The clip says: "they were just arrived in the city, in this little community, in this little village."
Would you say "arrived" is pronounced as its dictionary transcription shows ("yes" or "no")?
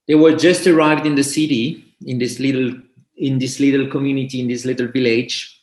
yes